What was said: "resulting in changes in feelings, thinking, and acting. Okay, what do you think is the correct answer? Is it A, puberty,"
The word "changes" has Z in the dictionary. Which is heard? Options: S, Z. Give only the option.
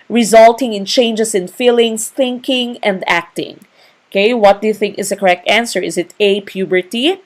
S